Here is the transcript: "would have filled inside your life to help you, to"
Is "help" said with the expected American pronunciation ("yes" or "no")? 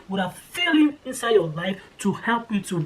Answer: yes